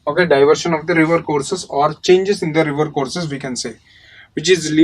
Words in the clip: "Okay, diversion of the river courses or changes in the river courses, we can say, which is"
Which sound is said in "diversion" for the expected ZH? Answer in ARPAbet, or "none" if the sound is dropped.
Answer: SH